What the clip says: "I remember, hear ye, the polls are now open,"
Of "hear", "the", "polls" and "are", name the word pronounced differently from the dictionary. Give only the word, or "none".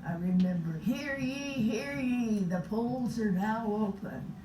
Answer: none